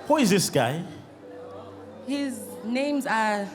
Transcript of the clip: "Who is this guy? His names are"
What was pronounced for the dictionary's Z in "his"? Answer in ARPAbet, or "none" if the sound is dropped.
Z